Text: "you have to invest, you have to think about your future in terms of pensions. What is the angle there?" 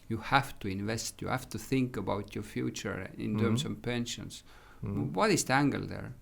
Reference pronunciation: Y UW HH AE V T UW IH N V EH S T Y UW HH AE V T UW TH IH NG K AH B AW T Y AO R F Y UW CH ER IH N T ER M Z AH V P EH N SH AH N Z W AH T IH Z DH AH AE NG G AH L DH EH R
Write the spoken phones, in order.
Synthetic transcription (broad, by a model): Y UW HH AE F T UW IH N V EH S T Y UW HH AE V T UW TH IH NG K AH B AW T Y AO R F Y UW CH ER IH N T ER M S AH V P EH N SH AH N S W AH T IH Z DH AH AE NG G AH L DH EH R